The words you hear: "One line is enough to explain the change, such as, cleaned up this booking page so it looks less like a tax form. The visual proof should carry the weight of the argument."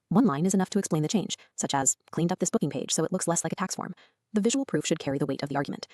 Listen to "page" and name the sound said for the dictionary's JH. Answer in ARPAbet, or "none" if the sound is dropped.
ZH